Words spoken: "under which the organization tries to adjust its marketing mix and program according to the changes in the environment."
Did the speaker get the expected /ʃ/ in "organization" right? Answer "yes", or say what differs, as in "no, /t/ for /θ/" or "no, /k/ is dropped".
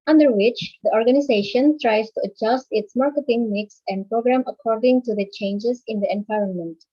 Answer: yes